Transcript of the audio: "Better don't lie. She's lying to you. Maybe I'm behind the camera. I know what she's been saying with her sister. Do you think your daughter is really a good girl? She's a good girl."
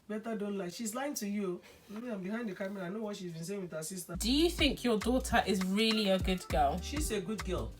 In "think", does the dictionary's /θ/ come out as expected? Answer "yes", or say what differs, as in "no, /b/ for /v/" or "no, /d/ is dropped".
yes